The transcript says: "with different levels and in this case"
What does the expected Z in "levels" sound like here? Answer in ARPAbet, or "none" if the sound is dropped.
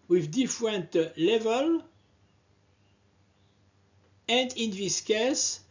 none